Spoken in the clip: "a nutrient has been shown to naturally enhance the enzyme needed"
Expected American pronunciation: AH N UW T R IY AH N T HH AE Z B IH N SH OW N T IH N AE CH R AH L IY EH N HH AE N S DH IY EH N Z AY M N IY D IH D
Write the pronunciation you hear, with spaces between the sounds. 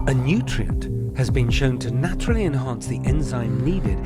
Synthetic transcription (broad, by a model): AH N UW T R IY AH N T HH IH Z B IH N SH OW N T IH N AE CH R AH L IY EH N HH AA N S DH IY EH N Z AY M N IY D IH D